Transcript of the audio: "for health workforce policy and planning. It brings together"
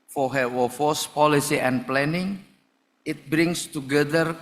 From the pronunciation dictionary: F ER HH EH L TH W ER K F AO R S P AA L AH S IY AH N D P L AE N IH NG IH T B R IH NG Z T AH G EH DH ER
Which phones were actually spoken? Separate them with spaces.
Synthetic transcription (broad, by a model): F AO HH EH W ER F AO S P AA L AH S IY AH N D P L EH N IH NG IH T B R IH NG S T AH G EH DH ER